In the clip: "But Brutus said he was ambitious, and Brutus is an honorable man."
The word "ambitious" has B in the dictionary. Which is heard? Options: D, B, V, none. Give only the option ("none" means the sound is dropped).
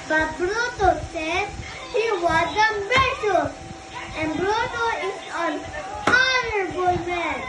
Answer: none